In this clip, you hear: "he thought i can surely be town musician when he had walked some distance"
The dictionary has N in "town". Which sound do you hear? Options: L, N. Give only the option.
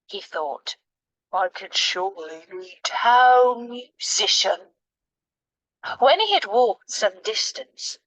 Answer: L